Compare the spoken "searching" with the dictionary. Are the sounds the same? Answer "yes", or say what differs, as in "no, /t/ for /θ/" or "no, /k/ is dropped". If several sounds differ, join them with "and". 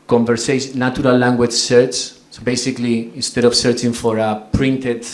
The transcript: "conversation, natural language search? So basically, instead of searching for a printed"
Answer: yes